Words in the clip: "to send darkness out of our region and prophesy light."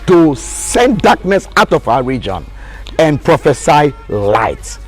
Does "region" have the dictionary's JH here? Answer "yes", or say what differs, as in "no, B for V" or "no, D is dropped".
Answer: yes